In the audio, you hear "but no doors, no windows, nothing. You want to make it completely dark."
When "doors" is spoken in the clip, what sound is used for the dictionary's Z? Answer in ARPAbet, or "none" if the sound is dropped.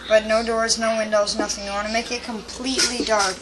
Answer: Z